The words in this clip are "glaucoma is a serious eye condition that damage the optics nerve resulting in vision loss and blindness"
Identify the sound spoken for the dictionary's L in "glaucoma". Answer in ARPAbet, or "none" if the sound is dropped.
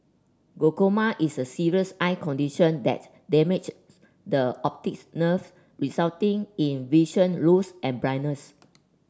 none